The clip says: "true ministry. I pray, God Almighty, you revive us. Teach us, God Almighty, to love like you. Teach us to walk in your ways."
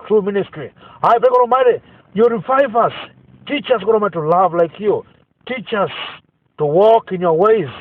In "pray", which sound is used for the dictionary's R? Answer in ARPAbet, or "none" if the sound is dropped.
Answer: none